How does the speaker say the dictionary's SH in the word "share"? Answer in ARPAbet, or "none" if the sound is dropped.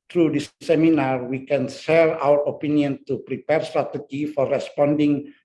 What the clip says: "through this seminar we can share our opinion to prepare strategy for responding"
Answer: S